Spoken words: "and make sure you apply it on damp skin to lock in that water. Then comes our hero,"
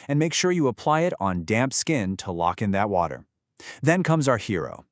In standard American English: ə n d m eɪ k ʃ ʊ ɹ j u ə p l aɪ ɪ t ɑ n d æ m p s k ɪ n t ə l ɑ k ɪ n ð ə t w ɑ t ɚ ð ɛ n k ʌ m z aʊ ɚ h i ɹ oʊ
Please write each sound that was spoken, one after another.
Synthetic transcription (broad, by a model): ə n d m eɪ k ʃ ʊ ɹ j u ə p l aɪ ɪ t n d æ m p s k ɪ n t ə l ɑ k ɪ n ð ə t w ɑ t ɚ ð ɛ n k ʌ m z aʊ ɚ h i ɹ oʊ